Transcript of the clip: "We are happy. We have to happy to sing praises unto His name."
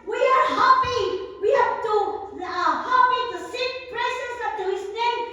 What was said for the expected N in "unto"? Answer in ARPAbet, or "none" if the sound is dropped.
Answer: none